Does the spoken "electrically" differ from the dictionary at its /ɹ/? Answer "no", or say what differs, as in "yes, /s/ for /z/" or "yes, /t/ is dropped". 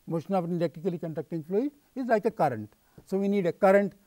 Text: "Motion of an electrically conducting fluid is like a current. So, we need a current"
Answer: yes, /ɹ/ is dropped